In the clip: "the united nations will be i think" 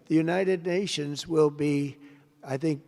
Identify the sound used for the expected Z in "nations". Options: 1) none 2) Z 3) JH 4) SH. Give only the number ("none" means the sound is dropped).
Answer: 2